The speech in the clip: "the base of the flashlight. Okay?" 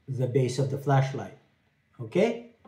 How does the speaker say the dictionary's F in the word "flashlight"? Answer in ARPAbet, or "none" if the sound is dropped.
F